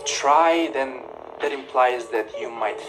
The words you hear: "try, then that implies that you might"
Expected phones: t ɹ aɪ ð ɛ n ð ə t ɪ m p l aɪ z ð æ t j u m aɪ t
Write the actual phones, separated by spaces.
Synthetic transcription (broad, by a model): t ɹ aɪ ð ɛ n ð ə t ɪ m p l aɪ z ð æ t j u m aɪ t